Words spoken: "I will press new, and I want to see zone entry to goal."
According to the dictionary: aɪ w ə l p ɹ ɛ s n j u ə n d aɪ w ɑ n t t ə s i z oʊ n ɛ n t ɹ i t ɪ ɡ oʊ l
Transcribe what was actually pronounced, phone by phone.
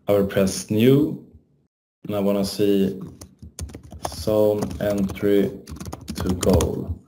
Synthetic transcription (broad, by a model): aɪ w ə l p ɹ ɛ s n j u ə n aɪ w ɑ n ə s i s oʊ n ɛ n t ɹ i t ɪ ɡ oʊ l